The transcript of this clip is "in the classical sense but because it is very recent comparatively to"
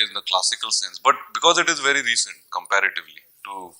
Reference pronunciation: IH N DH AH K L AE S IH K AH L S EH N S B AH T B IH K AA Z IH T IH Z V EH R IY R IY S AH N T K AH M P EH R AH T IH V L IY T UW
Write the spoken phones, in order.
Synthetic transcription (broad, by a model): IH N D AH K L AE S IH K AH L S EH N S B AH T B IH K AA Z IH T IH Z V EH R IY R IY S AH N T K AH M P EH R AH T IH V L IY T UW